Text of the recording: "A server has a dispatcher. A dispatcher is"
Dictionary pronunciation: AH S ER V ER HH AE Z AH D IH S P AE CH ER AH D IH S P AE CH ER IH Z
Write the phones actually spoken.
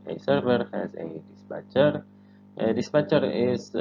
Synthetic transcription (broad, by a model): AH S ER V ER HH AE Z AH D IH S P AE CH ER AH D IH S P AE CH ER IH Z